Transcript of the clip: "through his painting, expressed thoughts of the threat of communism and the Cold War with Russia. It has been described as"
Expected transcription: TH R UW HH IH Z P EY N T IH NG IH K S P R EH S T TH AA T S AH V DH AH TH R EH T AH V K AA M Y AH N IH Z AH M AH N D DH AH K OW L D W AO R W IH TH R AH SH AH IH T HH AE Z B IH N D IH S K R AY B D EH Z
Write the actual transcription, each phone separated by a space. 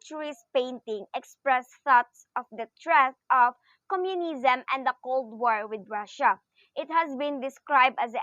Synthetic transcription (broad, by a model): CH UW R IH S P EY N T IH NG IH K S P R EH S TH AA T S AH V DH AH T R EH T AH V K AA M Y AH N IH Z AH M AH N D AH K OW L D W AO R W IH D R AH SH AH IH T HH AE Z B IH N D IH S K R AY B D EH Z